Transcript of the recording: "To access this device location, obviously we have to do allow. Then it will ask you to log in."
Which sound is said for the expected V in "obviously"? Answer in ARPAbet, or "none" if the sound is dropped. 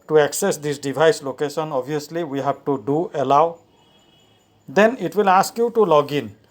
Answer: none